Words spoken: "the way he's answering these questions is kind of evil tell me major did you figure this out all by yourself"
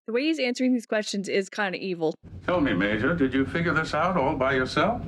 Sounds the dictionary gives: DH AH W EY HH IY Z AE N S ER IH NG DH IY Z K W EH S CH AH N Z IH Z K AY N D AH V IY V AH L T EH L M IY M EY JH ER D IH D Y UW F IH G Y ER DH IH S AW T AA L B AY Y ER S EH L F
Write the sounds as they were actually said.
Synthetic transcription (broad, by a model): DH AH W EY HH IY Z AE N S ER IH NG DH IY Z K W EH S CH AH N Z IH Z K AY N D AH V IY V L T EH L M IY M EY JH ER D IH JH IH F IH G Y ER DH IH S AW T AA L B AY Y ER S EH L F